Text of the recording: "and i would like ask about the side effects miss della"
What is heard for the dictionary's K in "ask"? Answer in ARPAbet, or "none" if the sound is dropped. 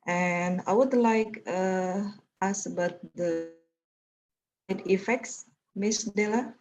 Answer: none